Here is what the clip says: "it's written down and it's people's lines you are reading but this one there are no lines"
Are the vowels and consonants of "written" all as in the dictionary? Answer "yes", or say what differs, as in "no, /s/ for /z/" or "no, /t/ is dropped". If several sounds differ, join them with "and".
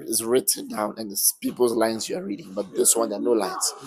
yes